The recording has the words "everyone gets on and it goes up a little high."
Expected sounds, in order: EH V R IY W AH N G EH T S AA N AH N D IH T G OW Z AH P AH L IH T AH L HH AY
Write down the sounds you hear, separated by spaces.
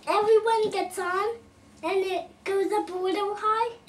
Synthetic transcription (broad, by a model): EH V R IY W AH N G EH T S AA N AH N IH T G OW Z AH B AH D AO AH HH AY